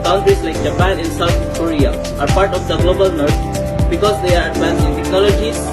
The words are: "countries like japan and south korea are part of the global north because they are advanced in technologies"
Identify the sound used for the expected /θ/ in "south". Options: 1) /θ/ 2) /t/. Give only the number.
2